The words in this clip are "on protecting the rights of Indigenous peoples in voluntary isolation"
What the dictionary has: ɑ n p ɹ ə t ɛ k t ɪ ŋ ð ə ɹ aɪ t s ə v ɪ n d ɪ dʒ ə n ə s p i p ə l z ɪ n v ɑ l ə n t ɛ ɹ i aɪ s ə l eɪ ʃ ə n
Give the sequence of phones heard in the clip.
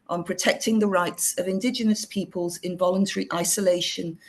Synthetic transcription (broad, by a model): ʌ n p ɹ ə t ɛ k t ɪ ŋ ð ə ɹ aɪ t s ə v ɪ n d ɪ dʒ ə n ə s p i p ə l z ɪ n v ɑ l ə n t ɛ ɹ i aɪ s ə l eɪ ʃ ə n